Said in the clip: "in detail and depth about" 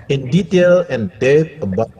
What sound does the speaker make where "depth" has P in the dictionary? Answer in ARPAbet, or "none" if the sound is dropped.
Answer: none